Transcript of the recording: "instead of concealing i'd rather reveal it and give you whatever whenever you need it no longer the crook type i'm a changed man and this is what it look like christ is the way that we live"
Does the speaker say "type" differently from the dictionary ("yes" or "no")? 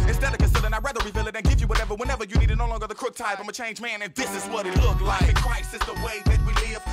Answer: yes